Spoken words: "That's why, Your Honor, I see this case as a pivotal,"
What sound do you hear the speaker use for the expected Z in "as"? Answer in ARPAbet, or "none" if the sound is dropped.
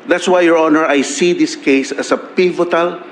S